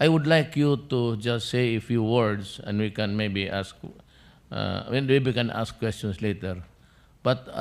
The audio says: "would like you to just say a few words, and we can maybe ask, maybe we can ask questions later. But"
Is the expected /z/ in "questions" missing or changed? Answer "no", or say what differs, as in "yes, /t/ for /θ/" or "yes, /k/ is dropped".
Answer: yes, /s/ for /z/